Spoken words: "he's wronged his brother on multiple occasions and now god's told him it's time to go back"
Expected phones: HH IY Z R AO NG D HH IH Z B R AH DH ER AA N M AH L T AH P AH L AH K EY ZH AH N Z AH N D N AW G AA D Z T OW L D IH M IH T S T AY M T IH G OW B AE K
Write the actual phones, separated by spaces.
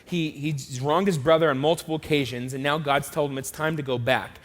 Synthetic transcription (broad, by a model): HH IY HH R AO NG D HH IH Z B R AH DH ER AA N M AH L T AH P L AH K EY ZH AH N Z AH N N AW G AA D Z T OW L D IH M IH T S T AY M T IH G OW B AE K